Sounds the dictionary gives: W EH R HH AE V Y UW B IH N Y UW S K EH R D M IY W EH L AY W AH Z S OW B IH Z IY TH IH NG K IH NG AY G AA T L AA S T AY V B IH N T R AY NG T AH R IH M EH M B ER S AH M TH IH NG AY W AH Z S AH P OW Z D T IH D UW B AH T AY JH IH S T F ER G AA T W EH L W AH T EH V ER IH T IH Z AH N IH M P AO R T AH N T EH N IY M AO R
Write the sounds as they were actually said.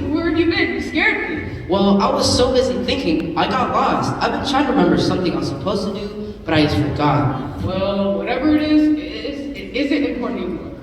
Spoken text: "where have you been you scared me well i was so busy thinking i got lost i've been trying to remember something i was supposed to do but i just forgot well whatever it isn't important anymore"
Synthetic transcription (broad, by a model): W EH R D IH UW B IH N S K EH R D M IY W EH L AY W AH Z S OW B IH Z IY TH IH NG K IH NG AY G AA T L AA S T AY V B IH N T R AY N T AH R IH M EH M B ER S AH M TH IH NG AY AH S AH P OW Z T IH D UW B AH T AY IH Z F ER G AA T W EH L W AH T EH V ER IH T IH Z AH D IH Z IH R T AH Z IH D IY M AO R